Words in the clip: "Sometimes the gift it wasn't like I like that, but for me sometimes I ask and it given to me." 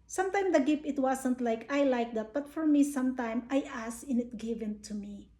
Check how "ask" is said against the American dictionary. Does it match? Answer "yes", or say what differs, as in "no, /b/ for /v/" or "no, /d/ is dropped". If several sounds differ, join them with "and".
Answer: no, /k/ is dropped